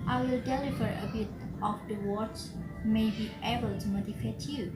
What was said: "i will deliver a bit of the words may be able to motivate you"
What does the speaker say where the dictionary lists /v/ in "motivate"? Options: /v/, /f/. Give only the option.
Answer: /f/